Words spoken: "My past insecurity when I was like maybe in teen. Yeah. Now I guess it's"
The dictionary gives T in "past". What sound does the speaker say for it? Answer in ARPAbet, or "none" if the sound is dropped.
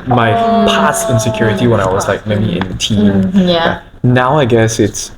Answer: none